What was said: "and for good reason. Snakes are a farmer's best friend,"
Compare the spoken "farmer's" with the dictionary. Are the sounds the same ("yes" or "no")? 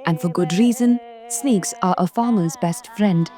yes